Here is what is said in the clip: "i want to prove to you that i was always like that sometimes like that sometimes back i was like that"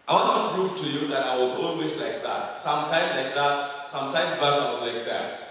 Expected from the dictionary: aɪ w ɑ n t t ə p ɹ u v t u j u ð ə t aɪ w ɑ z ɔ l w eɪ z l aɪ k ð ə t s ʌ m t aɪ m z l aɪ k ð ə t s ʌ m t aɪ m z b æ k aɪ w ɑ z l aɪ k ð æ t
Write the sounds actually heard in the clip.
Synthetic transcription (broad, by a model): aɪ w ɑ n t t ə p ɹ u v t u j u ð ə t aɪ w ɑ z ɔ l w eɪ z l aɪ k ð ə t s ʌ m t aɪ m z l aɪ k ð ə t s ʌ m t aɪ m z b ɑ aɪ w ɑ z l aɪ k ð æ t